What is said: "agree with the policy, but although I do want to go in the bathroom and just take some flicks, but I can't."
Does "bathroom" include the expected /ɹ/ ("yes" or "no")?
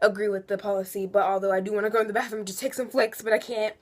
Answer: no